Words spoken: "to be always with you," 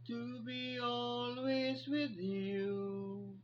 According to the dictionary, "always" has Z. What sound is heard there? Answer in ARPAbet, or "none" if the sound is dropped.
Z